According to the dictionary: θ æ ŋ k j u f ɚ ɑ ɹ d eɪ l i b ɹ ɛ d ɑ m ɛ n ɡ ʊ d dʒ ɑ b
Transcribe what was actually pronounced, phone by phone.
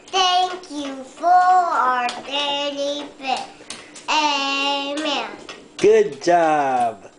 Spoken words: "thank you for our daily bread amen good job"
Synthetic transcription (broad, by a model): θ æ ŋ k j u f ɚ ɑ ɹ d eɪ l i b ɛ ɑ m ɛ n ɡ ʊ d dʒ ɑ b